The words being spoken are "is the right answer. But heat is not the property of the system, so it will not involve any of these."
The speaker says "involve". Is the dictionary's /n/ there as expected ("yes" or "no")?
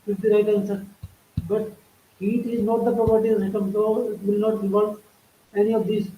no